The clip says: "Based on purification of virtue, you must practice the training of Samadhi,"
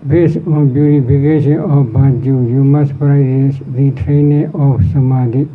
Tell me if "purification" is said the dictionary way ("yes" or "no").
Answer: no